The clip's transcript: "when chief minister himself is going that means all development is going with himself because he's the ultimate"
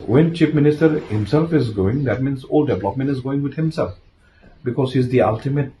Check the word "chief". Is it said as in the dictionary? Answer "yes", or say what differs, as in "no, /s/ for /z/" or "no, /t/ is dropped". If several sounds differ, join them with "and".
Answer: no, /p/ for /f/